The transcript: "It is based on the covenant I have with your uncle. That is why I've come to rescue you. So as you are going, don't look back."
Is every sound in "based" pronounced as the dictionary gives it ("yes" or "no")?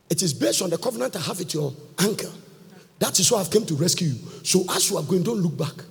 yes